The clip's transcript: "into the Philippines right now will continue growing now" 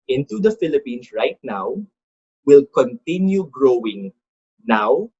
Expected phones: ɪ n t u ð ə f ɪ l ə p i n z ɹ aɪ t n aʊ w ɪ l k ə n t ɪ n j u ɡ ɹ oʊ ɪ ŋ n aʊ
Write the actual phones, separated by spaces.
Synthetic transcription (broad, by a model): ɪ n t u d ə f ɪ l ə p i n s ɹ aɪ t n aʊ w ɪ l k ə n t ɪ n j u ɡ ɹ oʊ ɪ ŋ n aʊ